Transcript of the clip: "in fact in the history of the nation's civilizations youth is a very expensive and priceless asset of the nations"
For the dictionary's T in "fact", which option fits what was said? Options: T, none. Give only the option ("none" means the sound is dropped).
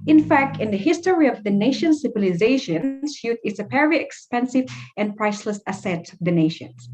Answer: T